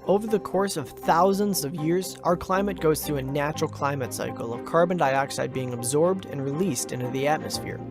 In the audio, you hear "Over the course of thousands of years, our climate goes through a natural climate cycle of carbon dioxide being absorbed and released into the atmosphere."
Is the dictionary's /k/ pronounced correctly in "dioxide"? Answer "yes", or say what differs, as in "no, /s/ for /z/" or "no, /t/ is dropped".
yes